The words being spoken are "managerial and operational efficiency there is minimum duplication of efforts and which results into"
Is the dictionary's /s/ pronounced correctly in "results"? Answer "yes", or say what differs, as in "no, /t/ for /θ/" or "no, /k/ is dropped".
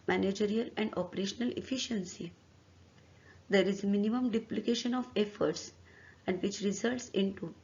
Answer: yes